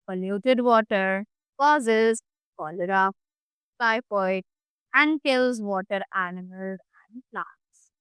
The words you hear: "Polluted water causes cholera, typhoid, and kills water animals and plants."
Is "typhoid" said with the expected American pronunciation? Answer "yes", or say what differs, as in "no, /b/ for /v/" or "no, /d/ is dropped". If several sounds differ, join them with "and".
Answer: no, /p/ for /f/